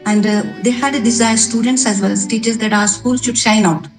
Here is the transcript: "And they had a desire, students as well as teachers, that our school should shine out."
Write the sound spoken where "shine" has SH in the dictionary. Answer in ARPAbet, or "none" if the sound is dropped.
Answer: SH